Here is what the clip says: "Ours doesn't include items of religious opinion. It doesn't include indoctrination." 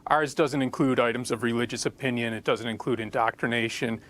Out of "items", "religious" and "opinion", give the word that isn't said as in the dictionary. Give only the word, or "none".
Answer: none